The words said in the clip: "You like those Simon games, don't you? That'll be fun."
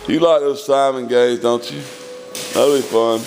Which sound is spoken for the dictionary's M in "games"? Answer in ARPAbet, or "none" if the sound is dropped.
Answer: none